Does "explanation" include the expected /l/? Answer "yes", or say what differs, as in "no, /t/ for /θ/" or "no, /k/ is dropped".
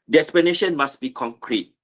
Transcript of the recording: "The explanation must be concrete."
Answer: no, /l/ is dropped